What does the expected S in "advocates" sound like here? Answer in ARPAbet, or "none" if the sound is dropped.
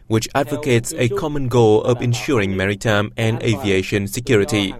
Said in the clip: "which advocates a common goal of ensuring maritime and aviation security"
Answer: S